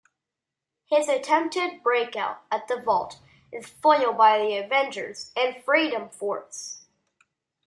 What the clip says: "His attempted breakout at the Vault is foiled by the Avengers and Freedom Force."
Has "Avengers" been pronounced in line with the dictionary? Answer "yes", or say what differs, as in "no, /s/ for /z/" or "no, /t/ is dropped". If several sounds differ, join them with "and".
yes